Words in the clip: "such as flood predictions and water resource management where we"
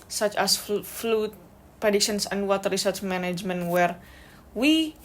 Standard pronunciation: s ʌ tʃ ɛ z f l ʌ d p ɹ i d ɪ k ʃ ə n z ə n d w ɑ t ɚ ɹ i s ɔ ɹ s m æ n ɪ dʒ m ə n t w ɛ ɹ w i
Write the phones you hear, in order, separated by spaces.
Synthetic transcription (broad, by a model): s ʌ tʃ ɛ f f l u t p ɹ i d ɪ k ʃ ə n s ə n d w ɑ t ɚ ɹ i s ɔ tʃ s m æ n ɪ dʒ m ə n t w ɛ ɹ w i